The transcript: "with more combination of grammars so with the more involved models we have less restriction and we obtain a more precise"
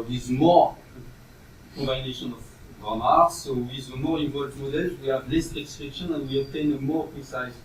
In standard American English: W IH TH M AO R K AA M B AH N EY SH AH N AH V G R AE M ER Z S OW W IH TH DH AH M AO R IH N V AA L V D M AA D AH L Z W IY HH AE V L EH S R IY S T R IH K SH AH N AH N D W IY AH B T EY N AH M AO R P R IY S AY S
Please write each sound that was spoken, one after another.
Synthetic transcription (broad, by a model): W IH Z M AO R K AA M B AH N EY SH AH N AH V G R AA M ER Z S OW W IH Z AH M AO R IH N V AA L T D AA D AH Z W IY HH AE V L EH S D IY S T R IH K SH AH N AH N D W IY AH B T EY N AH M AO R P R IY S AY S